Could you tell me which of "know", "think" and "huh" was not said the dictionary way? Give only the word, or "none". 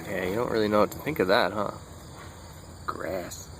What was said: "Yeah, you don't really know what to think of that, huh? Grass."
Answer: none